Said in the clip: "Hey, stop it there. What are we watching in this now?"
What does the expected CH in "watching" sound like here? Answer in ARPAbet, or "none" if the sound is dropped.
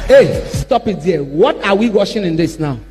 SH